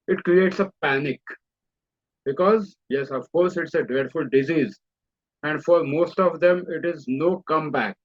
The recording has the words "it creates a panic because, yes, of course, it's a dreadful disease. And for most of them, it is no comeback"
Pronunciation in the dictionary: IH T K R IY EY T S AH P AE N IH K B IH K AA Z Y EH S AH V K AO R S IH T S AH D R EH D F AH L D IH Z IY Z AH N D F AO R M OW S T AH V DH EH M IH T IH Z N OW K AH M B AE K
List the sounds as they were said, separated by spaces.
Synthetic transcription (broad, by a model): IH T K R IY EY T S AH P AE N IH K B IH K AA Z Y EH S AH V K AO R S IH T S AH D EH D F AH L D IH Z IY Z AH N D F AO R M OW S T AH V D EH M IH T IH Z N OW K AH M B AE K